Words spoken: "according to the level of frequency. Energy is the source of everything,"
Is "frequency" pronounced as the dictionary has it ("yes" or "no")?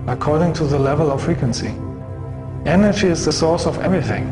yes